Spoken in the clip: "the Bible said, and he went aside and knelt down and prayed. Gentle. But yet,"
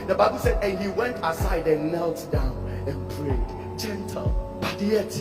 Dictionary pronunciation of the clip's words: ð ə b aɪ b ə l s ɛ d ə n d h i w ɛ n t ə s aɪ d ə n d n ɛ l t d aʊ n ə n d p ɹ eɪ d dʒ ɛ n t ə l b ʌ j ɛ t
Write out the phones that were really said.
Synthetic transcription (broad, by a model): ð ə b aɪ b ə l s ɛ d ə n h i w ɛ n t ə s aɪ d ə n n ɛ l t d aʊ n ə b ɹ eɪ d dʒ ɛ n t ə l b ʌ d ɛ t